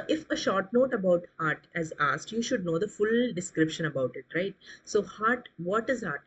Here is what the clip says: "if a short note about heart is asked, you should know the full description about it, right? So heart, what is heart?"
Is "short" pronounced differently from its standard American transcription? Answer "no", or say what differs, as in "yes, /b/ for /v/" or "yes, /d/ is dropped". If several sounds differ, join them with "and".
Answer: no